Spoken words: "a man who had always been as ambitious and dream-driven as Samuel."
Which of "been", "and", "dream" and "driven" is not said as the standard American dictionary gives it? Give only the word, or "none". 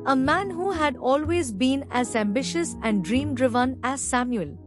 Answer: none